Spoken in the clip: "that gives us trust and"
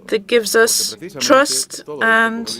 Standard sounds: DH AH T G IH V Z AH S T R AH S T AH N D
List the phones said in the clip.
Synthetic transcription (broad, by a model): DH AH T G IH V Z AH S T R AH S T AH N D